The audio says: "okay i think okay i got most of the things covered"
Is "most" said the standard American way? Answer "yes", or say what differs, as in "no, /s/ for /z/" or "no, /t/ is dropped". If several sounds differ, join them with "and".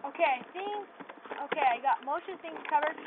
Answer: no, /ʃ/ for /s/